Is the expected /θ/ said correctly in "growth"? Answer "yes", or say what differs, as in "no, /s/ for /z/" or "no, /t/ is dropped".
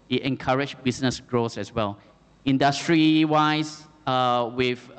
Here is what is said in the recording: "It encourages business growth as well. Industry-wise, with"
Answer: no, /s/ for /θ/